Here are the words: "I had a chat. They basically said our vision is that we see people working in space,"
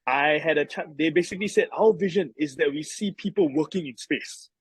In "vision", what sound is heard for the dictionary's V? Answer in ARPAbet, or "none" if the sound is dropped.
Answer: V